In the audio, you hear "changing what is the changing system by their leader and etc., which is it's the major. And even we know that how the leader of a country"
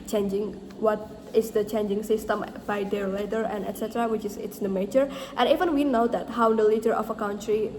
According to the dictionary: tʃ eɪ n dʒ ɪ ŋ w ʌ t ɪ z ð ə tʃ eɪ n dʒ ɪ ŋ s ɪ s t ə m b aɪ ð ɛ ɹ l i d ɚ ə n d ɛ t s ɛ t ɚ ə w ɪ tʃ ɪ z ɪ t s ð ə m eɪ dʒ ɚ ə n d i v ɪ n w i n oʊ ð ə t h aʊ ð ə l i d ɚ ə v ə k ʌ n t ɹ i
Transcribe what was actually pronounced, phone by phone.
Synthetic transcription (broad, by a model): tʃ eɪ n dʒ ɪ ŋ w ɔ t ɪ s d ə tʃ eɪ n dʒ ɪ ŋ s ɪ s t ə m b aɪ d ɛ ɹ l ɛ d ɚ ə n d ɛ t s ɛ t ɚ ə w ɪ tʃ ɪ s ɪ t s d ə m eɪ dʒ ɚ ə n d i v ɪ n w i n oʊ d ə t h aʊ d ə l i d ɚ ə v ə k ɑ n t ɹ i